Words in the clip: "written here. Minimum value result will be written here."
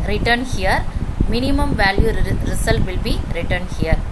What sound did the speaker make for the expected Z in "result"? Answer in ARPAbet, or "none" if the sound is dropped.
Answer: S